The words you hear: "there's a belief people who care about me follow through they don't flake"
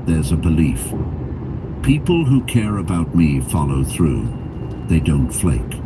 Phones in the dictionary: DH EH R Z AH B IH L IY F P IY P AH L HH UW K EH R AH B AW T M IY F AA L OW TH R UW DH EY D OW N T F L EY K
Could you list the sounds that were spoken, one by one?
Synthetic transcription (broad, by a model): DH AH R Z AH B IH L IY F P IY P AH L HH UW K EH R AH B AW T M IY F AA L OW TH R UW DH EY D OW N T F L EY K